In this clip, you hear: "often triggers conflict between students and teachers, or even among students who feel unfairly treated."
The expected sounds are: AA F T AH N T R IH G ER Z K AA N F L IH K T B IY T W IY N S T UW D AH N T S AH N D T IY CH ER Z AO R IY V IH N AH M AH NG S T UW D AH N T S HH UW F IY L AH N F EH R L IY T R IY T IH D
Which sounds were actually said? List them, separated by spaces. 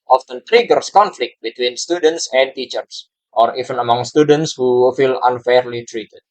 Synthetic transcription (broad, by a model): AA F T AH N T R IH G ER S K AA N F L IH K T B IY T W IY N S T UW D AH N T S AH N T IY CH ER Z AO R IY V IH N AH M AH NG S T UW D AH N T S HH UW F IY L AH N F EH R L IY T R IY T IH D